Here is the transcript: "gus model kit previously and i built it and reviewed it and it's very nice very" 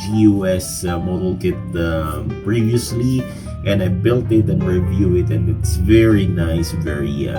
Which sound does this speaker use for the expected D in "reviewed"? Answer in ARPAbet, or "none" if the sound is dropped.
none